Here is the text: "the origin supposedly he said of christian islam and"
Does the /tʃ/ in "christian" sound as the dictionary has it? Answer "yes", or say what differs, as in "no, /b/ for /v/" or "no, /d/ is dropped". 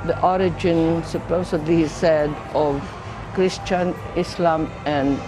yes